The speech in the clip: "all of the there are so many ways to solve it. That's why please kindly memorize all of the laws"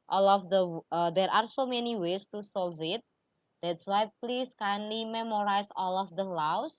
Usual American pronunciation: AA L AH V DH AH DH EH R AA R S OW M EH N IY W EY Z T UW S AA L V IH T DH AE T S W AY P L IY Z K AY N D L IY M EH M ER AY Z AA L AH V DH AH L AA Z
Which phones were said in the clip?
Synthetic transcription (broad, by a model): AA L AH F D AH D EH R AA R S OW M EH N IY W EY S T UW S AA L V IH T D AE T S W AY P L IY S K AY N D L IY M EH M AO AY S AA L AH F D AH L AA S